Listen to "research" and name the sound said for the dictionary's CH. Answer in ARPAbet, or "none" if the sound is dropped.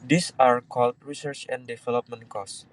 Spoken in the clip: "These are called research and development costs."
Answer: CH